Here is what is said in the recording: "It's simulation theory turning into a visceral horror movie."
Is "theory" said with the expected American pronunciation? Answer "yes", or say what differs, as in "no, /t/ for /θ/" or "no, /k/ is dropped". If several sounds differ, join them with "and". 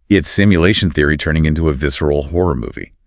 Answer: yes